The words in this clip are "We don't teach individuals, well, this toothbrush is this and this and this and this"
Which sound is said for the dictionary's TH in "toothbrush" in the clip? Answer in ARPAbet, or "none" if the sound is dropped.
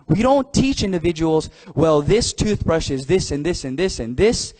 TH